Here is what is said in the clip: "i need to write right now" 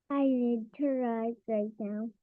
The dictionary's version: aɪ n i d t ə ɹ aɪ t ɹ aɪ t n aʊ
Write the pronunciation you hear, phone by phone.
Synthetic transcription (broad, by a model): aɪ l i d t ə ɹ aɪ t ɹ aɪ t n aʊ